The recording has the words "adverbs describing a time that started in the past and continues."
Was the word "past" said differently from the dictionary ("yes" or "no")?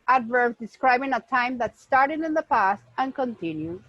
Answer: no